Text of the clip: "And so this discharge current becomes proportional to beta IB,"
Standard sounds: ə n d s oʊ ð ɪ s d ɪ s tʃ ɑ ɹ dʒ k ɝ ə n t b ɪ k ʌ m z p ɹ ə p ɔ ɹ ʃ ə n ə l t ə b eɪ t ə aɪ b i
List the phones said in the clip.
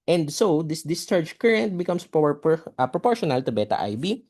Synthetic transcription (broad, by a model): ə n d s oʊ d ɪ s d ɪ s tʃ ɑ ɹ dʒ k ɝ ə n t b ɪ k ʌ m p p ɹ ə p ɔ ɹ ʃ ə n ə l t ə b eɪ t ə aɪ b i